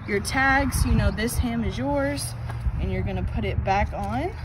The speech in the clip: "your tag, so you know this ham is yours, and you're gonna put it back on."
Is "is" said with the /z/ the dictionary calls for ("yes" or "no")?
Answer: yes